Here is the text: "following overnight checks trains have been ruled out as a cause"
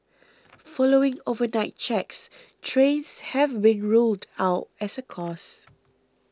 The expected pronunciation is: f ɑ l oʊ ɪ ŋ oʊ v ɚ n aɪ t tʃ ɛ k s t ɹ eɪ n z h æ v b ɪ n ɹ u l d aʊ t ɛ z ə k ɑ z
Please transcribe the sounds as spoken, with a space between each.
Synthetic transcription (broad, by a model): f ɑ l oʊ ɪ ŋ oʊ v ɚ n aɪ t tʃ ɛ k s t ɹ eɪ n s h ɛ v b ɪ n ɹ u l d aʊ t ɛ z ə k ɑ s